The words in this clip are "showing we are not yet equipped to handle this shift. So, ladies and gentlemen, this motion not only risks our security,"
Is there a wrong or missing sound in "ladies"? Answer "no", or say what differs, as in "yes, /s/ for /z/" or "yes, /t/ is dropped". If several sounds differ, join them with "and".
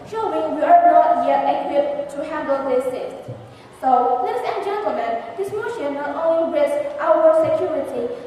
yes, /n/ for /l/